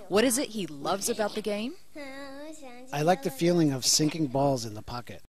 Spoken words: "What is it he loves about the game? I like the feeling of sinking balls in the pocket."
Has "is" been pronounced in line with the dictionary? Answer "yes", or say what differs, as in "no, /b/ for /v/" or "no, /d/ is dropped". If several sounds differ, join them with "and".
yes